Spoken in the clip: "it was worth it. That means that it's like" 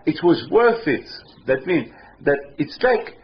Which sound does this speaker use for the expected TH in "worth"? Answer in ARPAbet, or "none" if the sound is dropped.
TH